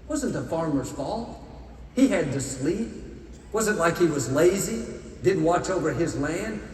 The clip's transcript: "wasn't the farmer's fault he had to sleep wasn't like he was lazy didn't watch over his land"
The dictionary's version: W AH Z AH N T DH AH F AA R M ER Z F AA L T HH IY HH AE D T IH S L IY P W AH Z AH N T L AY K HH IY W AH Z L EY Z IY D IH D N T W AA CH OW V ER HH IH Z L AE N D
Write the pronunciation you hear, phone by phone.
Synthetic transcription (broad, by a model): W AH Z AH N T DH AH F AA R M ER Z F AA L T HH IY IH D T IH S L IY P W AH Z AH N T L AY K HH IY W AH Z L EY Z IY D IH D N T W AA CH OW V ER IH Z L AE N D